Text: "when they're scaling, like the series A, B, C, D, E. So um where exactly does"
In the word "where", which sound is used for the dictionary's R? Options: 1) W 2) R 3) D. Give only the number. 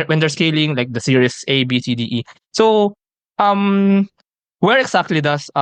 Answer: 2